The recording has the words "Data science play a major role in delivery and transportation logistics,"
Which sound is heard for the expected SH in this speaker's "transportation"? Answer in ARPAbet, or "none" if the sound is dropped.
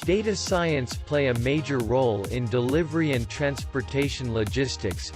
SH